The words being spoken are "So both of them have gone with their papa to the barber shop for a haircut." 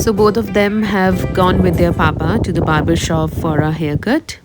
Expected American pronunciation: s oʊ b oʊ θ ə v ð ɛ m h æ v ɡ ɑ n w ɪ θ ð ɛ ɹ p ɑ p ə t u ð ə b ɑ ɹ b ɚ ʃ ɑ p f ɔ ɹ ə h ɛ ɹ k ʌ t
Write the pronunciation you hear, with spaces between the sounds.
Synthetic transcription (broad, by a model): s oʊ b oʊ t ə v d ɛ m h æ v ɡ ɑ n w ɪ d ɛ ɹ p ɑ p ə t u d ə b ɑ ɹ b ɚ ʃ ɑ f ɔ ɹ ə h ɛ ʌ k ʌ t